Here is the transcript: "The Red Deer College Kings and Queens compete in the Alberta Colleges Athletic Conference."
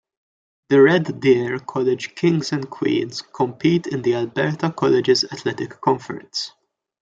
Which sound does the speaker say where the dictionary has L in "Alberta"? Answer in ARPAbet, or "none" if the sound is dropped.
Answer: L